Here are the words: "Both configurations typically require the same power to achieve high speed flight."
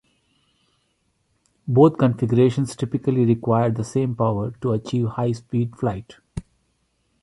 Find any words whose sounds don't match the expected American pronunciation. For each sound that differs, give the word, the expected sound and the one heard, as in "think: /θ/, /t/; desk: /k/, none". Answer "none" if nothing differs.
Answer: both: /θ/, /t/